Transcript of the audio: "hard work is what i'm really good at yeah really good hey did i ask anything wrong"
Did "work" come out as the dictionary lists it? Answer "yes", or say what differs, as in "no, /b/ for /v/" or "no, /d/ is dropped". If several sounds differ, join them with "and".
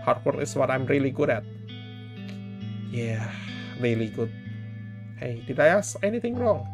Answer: no, /k/ is dropped